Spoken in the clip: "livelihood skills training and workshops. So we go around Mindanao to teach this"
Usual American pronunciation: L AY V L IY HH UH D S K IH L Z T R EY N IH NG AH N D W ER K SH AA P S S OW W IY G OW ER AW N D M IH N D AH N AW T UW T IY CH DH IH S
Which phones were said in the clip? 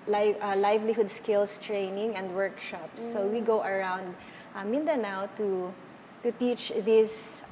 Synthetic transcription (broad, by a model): L AY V L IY HH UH D S K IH L S T R EY N IH NG AH N D W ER K SH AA P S S OW W IY G OW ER AW N D M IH N D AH N AW T UW T IY CH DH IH S